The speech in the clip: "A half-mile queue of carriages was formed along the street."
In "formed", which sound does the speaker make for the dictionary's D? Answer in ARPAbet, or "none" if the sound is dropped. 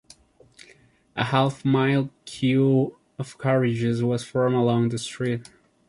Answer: none